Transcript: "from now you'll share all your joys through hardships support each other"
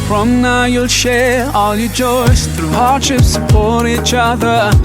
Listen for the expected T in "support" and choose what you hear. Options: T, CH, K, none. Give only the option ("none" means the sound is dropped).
none